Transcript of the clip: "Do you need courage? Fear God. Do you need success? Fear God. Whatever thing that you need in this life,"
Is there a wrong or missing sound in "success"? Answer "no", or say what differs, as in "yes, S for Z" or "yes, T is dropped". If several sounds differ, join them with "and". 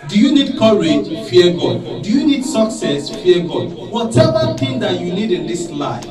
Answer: no